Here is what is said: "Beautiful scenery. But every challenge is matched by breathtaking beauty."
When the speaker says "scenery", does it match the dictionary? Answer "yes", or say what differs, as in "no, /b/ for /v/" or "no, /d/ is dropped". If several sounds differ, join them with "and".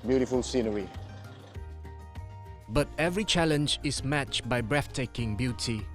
yes